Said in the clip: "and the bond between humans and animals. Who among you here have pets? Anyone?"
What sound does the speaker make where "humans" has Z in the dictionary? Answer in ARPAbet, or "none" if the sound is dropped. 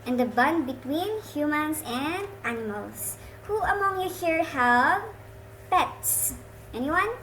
S